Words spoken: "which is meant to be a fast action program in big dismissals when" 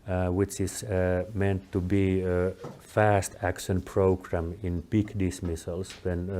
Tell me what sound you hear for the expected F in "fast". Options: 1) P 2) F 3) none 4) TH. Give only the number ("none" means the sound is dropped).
2